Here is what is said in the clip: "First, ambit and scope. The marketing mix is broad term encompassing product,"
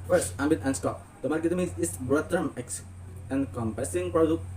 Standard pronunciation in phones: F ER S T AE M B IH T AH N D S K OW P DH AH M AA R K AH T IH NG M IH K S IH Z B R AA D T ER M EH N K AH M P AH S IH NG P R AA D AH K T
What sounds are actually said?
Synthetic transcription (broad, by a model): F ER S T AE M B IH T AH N S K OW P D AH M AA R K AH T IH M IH S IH S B R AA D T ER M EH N K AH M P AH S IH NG P R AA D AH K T